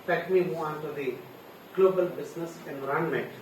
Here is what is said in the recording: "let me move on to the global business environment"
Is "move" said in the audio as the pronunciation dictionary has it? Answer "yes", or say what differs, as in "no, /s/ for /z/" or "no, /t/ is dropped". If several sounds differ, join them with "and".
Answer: no, /v/ is dropped